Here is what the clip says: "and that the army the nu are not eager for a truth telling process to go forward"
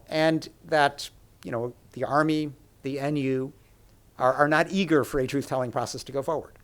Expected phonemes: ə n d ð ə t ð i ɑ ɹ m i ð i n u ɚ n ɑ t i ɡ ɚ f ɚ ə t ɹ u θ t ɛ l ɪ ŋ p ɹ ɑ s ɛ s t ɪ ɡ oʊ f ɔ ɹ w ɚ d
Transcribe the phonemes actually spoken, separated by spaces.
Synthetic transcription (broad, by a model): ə n ð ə t ð i ɑ ɹ m i ð i n u ɚ n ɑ t i ɡ ɚ f ɚ ə t ɹ u θ t ɛ l ɪ ŋ p ɹ ɑ s ɛ s t ɪ ɡ oʊ f ɔ ɹ w ɚ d